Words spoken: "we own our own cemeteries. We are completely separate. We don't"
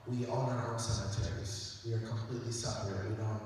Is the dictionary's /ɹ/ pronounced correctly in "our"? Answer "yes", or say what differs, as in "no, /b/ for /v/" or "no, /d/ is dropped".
no, /l/ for /ɹ/